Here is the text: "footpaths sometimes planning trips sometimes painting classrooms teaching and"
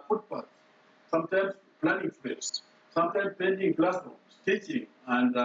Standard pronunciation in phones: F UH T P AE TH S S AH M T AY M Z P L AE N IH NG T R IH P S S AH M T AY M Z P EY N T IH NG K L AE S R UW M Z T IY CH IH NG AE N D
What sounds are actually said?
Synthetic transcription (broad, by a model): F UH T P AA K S S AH M T AY M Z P L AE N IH NG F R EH S S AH M T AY M S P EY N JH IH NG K L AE S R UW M S T IY CH IH NG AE N D